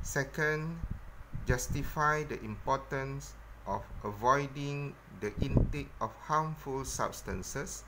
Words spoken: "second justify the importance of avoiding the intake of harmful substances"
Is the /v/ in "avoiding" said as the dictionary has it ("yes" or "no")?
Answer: yes